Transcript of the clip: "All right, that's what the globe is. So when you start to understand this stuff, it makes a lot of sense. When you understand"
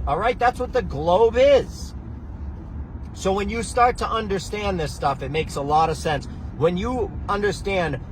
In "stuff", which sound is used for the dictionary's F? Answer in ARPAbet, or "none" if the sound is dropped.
F